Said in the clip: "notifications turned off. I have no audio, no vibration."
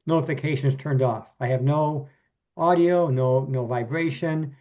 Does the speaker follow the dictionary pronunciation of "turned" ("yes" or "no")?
yes